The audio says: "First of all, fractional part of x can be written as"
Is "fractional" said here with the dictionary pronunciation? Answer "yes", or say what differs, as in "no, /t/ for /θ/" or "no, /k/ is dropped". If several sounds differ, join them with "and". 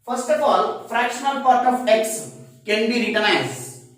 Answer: yes